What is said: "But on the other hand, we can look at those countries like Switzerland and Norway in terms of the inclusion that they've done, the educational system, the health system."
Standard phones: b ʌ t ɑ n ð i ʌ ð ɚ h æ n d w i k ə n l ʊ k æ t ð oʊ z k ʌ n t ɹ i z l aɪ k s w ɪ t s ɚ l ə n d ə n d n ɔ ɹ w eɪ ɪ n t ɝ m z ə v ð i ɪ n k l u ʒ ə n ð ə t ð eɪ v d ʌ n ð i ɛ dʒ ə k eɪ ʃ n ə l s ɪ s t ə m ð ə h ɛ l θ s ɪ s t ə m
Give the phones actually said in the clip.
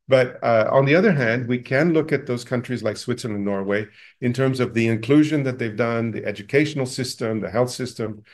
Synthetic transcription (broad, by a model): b ʌ t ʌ n ð i ʌ ð ɚ h æ n d w i k ə n l ʊ k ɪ t ð oʊ z k ʌ n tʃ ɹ i z l aɪ k s w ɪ t s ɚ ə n ə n n ɔ ɹ w eɪ ɪ n t ɝ m z ə v ð i ɪ n k l u ʒ ə n ð ə t ð eɪ v d ʌ n ð i ɛ dʒ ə k eɪ ʃ n l s ɪ s t ə m ð ə h ɛ l θ s ɪ s t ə m